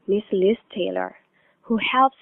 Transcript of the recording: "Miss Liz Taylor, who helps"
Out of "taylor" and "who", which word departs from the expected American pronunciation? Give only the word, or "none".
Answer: none